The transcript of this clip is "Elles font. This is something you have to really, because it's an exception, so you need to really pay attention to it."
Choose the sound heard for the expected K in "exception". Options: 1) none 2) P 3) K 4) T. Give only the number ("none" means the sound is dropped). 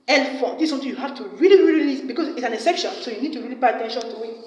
1